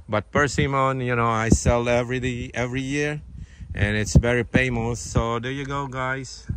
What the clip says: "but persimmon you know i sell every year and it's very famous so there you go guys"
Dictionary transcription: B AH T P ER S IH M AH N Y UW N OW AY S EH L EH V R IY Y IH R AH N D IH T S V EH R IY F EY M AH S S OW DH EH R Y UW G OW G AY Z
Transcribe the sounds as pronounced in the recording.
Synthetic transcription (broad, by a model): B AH T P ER S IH M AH N Y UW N OW AY S EH L EH V R IY Y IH R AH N IH T S V EH R IY P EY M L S S OW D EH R Y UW G OW G AY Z